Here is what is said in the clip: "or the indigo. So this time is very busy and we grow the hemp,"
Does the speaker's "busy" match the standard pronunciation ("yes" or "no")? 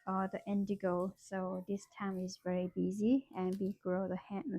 yes